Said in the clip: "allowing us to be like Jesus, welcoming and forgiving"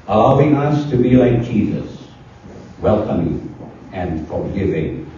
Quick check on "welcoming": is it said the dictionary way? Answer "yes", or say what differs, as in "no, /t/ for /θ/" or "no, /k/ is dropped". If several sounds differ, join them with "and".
yes